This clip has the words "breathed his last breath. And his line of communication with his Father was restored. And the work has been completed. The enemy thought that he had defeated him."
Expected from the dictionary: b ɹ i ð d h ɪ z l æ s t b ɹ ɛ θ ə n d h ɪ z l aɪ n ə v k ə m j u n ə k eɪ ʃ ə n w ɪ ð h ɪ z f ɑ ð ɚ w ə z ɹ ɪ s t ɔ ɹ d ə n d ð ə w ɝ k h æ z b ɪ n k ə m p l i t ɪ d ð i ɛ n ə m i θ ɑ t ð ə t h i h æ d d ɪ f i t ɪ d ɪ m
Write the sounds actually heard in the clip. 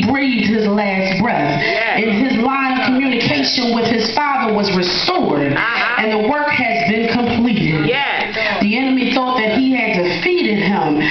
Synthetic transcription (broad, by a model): b ɹ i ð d h ɪ z l æ s t b ɹ ɛ θ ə n ɪ z l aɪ ə v k ə m j u n ə k eɪ ʃ ə n w ɪ ð ɪ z f ɑ ð ɚ w ə z ɹ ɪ s t ɔ ɹ d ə n ð ə w ɝ k h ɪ z b ɪ n k ə m p l i t ɪ d ð i ɛ n ə m i θ ɑ t ð ə t h i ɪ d d ɪ f i t ɪ d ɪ m